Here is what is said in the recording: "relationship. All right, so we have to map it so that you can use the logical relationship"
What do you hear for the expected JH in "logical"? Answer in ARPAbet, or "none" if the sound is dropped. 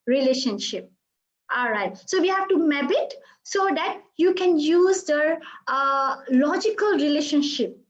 JH